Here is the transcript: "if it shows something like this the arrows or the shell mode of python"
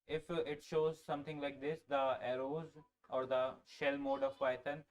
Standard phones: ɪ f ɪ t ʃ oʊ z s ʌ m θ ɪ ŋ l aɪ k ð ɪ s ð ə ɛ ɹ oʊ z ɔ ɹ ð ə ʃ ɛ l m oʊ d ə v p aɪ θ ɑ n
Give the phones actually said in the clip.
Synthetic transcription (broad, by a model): ɪ f ɪ t ʃ oʊ z s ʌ m t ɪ ŋ l aɪ k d ɪ s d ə ɛ ɹ oʊ z ɔ ɹ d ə ʃ ɛ l m oʊ d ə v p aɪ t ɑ n